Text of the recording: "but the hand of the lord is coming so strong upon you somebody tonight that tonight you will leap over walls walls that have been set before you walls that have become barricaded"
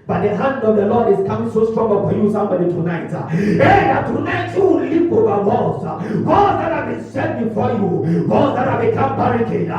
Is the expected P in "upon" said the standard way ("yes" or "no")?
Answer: no